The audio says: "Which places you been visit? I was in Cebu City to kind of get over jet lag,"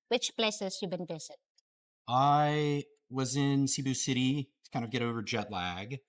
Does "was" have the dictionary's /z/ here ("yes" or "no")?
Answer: yes